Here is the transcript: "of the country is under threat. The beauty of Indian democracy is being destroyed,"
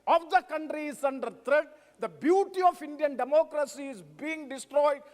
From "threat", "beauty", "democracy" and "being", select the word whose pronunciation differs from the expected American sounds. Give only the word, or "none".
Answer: threat